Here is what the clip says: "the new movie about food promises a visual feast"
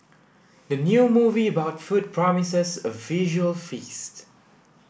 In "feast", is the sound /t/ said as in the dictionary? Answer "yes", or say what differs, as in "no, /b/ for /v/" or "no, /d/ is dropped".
yes